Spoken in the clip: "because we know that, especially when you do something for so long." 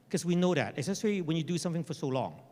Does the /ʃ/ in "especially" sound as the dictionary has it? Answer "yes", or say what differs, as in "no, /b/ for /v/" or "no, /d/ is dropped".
no, /s/ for /ʃ/